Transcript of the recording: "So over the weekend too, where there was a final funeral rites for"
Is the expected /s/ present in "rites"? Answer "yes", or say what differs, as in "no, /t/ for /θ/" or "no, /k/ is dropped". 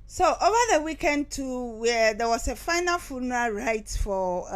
no, /s/ is dropped